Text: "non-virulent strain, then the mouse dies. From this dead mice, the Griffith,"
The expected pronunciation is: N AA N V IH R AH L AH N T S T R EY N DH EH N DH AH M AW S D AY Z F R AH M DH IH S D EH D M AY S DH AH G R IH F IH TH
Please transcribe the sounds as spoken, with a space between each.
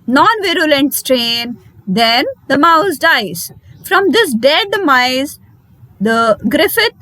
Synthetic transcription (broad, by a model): N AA N V IH R AH L AH N T S T R EY N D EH N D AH M AW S D AY Z F R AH M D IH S D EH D M AY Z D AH G R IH F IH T